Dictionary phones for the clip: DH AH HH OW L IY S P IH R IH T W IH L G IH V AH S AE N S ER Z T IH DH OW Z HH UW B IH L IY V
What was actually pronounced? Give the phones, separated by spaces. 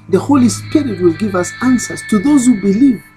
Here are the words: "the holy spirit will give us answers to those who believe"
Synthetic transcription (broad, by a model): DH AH HH OW L IY S P IH R IH T W IH L G IH V AH S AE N S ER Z T IH DH OW Z HH UW B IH L IY V